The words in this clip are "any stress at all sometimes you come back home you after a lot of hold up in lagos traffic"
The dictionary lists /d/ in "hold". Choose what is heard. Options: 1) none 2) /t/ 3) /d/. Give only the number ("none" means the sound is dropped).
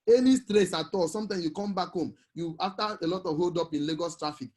3